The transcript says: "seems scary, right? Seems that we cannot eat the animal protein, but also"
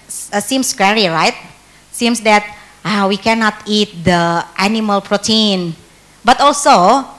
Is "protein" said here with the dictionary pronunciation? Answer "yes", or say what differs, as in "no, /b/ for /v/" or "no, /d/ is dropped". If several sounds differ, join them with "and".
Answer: yes